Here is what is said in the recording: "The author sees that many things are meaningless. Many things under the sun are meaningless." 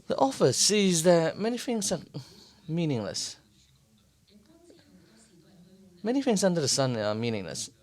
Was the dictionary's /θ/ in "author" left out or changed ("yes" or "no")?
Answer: yes